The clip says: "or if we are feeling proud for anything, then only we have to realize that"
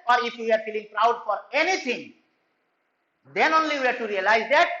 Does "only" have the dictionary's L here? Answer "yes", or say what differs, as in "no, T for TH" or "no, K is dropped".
yes